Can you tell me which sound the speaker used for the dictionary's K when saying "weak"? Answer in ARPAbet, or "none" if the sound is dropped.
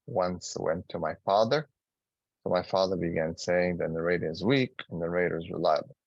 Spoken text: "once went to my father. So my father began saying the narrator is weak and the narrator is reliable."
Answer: K